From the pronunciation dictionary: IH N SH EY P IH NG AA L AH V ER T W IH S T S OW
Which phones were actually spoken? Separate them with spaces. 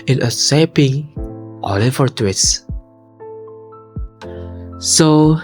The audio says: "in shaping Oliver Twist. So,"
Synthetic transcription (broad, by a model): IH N S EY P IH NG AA L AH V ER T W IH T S S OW